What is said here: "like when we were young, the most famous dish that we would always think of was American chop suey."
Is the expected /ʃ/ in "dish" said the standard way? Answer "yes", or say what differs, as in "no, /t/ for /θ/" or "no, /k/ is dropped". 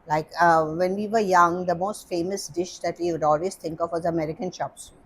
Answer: yes